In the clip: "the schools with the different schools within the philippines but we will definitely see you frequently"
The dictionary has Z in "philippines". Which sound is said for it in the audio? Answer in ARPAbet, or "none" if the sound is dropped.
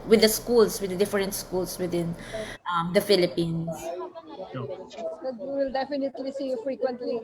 S